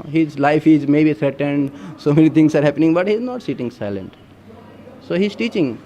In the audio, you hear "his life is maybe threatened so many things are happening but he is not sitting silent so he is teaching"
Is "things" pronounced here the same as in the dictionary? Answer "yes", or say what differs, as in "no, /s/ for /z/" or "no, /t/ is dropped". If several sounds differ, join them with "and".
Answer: no, /t/ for /θ/